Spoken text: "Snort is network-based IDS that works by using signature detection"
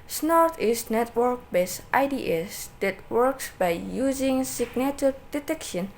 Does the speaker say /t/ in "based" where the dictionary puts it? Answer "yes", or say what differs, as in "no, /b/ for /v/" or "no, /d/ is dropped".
yes